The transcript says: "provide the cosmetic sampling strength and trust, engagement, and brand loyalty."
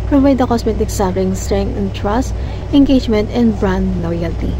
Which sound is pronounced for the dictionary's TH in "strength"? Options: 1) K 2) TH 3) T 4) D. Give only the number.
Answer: 3